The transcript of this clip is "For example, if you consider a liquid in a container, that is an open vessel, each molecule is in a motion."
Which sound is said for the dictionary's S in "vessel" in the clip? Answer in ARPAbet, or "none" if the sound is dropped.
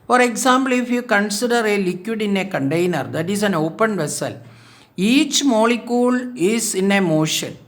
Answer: S